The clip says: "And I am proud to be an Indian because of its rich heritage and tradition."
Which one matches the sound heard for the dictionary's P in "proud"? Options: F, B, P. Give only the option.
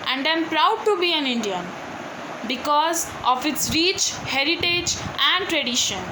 P